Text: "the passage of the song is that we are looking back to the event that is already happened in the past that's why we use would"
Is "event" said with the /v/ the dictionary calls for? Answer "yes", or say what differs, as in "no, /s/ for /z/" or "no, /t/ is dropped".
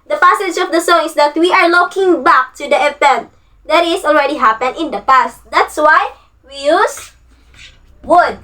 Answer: no, /p/ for /v/